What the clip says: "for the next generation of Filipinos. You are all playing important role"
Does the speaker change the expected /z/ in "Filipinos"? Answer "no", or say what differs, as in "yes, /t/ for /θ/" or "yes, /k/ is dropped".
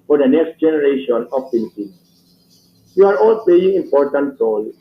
yes, /z/ is dropped